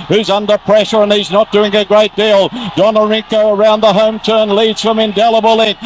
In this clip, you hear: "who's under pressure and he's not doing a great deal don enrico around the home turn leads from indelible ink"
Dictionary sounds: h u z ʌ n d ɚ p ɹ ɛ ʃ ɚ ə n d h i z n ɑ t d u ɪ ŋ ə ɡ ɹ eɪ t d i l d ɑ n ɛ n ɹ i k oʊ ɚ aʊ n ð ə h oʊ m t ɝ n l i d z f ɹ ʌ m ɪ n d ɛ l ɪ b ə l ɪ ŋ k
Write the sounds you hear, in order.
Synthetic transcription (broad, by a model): h u z ʌ n d ɚ p ɹ ɛ ʃ ɚ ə n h i z n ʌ t d u ɪ ŋ ə ɡ ɹ eɪ t d i l d ɑ n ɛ ɹ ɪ k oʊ ɚ aʊ n ð ə h oʊ m t ɝ n l i d z f ɹ ʌ m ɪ n d ɛ l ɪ b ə l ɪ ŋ